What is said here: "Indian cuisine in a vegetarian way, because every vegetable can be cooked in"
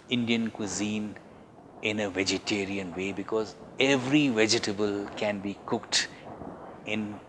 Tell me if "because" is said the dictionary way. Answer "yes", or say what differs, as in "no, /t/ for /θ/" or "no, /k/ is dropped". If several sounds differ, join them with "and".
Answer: yes